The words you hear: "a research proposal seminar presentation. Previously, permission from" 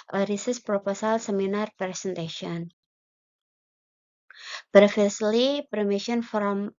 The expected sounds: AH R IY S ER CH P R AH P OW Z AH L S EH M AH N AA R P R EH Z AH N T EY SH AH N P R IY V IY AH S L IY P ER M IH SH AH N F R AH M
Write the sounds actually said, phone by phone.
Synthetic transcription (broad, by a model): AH R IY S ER S P R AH P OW S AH L S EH M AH N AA R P R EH S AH N T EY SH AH N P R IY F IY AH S L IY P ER M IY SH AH N F R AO M